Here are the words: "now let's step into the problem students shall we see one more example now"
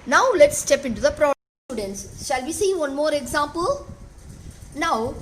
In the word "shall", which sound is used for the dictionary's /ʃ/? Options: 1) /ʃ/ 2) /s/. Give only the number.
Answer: 1